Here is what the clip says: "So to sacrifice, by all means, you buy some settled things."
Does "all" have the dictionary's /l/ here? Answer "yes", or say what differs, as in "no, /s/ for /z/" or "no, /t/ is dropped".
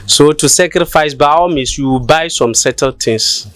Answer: no, /w/ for /l/